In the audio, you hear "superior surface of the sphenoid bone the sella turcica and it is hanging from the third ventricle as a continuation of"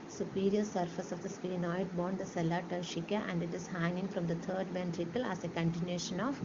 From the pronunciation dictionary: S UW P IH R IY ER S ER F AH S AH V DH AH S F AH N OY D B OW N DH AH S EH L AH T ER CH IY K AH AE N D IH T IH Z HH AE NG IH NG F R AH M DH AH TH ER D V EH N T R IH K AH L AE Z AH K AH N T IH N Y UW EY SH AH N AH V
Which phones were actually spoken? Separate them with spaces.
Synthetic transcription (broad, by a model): S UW P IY R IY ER S ER F AH S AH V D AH S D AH N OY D B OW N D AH S EH L AH T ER SH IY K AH AE N D IH T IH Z HH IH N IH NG F R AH M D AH T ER D V EH N T R IH K AH L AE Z AH K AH N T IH N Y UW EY SH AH N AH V